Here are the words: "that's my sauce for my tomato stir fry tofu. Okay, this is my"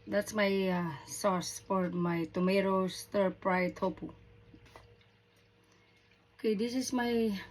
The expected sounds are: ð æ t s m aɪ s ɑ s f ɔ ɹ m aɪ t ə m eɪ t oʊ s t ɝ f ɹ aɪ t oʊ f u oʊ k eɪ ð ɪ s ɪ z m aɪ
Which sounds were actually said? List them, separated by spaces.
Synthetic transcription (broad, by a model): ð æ t s m aɪ s ɑ s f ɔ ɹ m aɪ t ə m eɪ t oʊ s t ɝ p ɹ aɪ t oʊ p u oʊ k eɪ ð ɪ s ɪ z m aɪ